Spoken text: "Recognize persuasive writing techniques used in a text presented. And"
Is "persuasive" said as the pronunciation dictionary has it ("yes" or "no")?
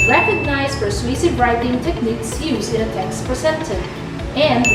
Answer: no